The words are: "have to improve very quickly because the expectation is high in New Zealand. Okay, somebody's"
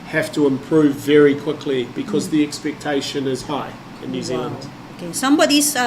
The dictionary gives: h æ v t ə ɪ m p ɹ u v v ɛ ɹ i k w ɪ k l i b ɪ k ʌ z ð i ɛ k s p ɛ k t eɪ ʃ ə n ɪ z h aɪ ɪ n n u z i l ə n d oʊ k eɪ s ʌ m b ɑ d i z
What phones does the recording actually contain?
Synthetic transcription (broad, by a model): h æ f t ə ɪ m p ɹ u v v ɛ ɹ i k w ɪ k l i b ɪ k ʌ z ð i ɛ k s p ɛ k t eɪ ʃ ə n ɪ z h aɪ ɪ n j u z i l ə n d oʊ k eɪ s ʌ m b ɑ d i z